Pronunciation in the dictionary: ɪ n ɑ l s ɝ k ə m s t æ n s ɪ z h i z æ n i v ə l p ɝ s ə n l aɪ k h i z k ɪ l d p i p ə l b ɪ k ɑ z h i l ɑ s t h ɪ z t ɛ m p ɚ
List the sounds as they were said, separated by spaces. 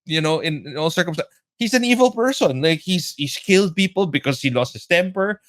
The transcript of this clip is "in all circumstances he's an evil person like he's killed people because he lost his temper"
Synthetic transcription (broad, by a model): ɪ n ɑ l s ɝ k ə m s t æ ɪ h i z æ n i v ə l p ɝ s ə n l aɪ k h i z k ɪ l d p i p ə l b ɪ k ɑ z h i l ɑ s t h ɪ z t ɛ m p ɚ